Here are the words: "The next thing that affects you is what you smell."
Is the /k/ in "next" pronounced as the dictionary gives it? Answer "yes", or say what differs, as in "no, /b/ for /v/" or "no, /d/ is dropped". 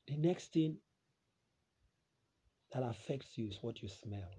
yes